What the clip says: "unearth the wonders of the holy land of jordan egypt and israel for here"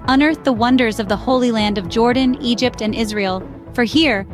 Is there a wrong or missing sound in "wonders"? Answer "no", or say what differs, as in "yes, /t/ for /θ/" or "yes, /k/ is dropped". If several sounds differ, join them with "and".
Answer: no